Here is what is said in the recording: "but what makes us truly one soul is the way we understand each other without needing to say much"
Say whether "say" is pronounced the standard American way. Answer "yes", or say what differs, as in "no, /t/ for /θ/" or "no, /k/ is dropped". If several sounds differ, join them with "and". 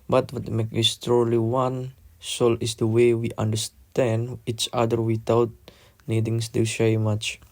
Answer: no, /ʃ/ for /s/